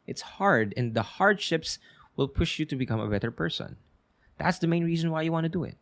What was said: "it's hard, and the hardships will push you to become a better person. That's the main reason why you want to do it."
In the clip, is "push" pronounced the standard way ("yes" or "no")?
yes